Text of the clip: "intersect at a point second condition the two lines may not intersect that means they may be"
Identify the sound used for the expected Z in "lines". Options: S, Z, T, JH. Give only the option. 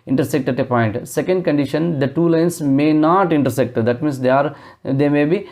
S